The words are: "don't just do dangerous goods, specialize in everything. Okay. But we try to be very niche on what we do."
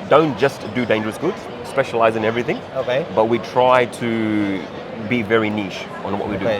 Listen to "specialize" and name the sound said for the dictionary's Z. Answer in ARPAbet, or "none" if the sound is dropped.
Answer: Z